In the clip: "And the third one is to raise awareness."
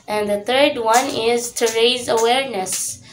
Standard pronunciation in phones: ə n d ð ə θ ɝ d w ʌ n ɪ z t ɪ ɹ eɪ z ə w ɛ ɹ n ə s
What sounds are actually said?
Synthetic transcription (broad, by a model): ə n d ð ə θ ɝ d w ʌ n ɪ z t ɪ ɹ eɪ z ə w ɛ ɹ n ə s